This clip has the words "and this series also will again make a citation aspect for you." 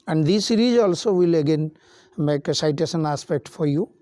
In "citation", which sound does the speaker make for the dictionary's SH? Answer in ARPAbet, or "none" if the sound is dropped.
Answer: S